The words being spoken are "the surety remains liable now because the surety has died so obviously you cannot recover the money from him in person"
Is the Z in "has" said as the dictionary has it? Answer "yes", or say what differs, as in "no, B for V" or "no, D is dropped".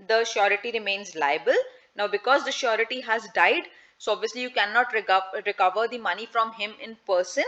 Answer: yes